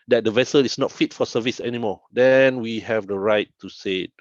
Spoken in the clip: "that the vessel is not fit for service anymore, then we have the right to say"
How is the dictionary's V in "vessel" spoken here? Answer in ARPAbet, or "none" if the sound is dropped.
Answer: V